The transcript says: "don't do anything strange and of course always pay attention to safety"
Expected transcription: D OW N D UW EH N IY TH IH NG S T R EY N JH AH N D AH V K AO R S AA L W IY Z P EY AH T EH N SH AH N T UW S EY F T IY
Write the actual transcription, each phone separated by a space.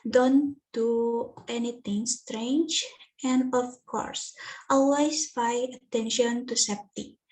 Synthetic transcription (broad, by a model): D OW N D UW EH N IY T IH NG S T R EY N JH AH N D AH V K AO R S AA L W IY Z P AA AH T EH N SH AH N T UW S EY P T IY